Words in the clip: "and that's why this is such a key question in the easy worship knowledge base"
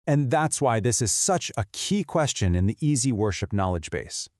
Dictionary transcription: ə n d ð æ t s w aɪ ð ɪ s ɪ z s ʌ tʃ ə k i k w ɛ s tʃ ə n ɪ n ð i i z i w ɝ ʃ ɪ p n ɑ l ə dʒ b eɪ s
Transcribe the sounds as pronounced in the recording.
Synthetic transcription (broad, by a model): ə n ð æ t s w aɪ ð ɪ s ɪ z s ʌ tʃ ə k i k w ɛ s tʃ ə n ɪ n ð i i z i w ɝ ʃ ɪ p n ɑ l ə dʒ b eɪ s